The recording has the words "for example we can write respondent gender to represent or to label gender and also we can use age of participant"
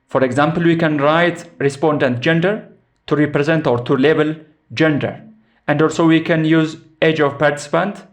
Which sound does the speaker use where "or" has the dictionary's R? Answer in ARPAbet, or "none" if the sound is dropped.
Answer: R